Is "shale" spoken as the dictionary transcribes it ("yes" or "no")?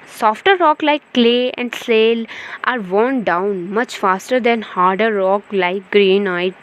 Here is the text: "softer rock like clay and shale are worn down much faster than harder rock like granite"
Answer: no